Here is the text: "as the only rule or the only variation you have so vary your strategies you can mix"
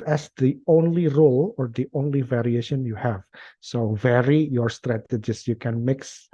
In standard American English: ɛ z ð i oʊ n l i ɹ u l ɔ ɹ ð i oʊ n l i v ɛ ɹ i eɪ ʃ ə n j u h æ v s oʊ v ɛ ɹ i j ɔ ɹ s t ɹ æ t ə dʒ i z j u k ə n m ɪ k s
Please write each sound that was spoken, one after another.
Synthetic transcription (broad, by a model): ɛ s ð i oʊ n l i ɹ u l ɔ ɹ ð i oʊ n l i v ɛ ɹ i eɪ ʃ ə n j u h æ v s oʊ v ɛ ɹ i j ɔ ɹ s t ɹ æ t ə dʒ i s j u k ə n m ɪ k s